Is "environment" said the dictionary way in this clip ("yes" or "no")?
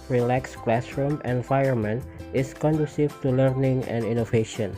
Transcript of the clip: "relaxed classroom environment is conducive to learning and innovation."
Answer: no